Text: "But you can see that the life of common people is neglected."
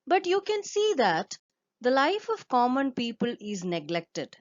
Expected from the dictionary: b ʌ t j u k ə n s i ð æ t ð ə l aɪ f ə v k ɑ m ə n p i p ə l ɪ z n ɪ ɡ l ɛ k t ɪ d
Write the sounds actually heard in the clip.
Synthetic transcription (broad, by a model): b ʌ t j u k ə n s i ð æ t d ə l aɪ f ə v k ɑ m ə n p i p ə l ɪ z n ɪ ɡ l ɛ k t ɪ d